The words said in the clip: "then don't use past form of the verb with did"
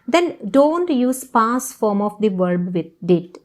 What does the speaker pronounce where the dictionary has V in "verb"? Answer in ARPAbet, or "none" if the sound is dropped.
V